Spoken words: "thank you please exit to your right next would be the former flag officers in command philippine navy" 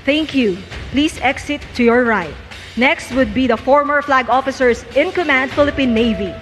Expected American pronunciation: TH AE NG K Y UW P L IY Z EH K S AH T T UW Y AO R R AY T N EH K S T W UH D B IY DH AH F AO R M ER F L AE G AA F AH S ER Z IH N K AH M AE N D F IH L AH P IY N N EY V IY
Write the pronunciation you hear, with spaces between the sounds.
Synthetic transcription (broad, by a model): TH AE NG K Y UW P L IY S EH K S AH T T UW Y AO R R AY T N EH K S T W UH D B IY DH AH F AO R M ER F L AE G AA F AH S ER S IH N K AH M AE N D F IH L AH P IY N N EY V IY